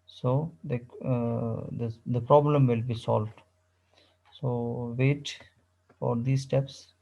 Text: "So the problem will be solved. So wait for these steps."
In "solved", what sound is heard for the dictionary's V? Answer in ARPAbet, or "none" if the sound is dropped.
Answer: V